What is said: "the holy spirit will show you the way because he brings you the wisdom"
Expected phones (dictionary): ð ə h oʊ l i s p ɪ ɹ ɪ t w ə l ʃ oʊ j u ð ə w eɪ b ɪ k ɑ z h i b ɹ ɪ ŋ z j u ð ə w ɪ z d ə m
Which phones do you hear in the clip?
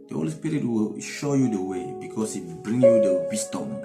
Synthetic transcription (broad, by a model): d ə h oʊ l i s p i ɹ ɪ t w ə l ʃ oʊ j u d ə w eɪ b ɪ k ɑ s h i b ɹ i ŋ j u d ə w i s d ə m